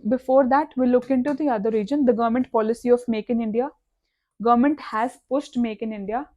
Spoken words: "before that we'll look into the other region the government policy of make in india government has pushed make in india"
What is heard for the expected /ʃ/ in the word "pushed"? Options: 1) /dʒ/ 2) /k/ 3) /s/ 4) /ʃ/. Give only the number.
3